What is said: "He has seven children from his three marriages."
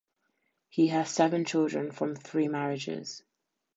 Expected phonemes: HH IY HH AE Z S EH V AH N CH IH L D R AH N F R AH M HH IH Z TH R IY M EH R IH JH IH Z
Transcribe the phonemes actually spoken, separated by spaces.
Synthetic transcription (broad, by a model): HH IY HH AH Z S EH V AH N CH IH L D R AH N F R AH M TH R IY M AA R IH JH IH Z